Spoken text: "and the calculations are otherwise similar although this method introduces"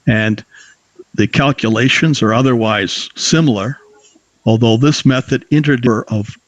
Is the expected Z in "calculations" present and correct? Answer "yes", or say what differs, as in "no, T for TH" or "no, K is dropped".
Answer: yes